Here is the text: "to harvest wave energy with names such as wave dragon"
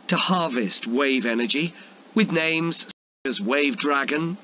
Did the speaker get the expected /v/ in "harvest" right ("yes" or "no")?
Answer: yes